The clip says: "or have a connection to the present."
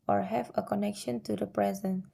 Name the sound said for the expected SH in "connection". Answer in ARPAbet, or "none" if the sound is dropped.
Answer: SH